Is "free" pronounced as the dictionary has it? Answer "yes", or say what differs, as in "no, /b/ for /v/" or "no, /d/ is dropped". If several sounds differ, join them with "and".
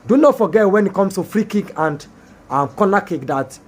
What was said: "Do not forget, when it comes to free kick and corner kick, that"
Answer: yes